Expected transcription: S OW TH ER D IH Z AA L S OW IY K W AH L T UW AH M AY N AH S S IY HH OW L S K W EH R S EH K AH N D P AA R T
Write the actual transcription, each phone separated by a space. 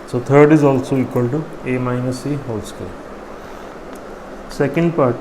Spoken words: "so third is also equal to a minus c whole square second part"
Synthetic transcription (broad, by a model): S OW T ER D IH Z AA L S OW IY K W AH L T UW AH M AY N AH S S IY HH OW L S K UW L S EH K AH N D P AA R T